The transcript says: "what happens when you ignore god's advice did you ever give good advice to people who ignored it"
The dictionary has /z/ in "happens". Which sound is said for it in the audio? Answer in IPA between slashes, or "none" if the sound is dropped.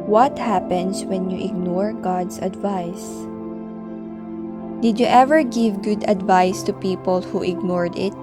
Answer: /s/